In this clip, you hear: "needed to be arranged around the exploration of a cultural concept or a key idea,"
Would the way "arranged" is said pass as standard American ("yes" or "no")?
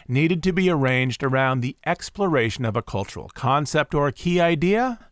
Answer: yes